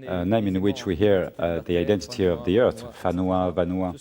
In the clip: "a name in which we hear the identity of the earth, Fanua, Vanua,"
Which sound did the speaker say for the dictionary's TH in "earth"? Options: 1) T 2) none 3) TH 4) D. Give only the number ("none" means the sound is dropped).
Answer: 3